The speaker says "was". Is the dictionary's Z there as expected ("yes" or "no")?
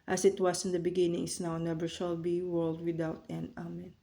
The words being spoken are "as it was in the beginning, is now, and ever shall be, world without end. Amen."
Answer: no